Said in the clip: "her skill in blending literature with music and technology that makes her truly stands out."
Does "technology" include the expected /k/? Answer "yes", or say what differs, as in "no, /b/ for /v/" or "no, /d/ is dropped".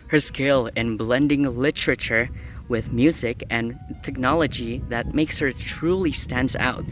yes